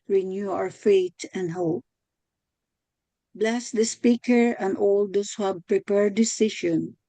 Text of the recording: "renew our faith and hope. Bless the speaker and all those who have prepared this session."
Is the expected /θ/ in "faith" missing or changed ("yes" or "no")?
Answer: yes